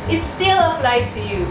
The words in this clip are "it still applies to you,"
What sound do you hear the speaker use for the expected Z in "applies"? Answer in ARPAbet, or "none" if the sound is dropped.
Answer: none